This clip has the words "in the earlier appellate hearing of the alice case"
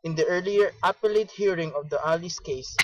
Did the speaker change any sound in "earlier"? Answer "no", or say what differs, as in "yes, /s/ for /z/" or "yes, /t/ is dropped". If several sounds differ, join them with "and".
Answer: no